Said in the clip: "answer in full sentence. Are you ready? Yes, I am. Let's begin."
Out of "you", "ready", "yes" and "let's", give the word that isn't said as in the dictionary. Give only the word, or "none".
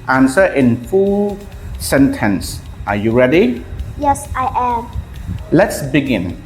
none